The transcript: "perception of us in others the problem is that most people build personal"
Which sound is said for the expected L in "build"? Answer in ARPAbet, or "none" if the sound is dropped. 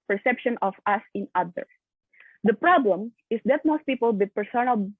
none